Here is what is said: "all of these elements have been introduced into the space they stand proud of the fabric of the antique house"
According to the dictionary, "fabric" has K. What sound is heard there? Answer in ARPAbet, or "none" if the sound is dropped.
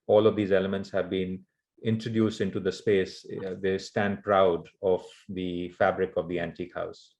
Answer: K